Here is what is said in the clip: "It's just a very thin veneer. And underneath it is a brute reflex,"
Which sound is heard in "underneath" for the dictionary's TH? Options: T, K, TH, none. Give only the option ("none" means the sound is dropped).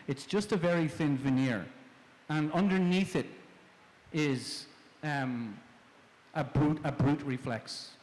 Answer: TH